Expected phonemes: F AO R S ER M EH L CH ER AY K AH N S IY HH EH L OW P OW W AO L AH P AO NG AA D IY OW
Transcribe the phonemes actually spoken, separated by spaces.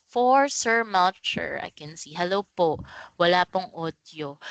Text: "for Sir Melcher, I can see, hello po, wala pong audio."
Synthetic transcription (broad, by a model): F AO R S ER M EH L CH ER AY K AH N S IY HH EH L OW P OW W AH L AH P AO NG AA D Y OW